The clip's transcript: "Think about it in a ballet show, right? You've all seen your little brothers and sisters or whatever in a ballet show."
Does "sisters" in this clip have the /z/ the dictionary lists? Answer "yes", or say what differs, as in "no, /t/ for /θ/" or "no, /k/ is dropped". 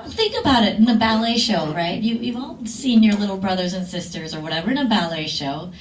yes